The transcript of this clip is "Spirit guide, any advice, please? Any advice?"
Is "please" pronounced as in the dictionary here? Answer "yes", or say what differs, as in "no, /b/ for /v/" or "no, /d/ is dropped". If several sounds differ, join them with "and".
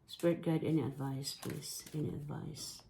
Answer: no, /s/ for /z/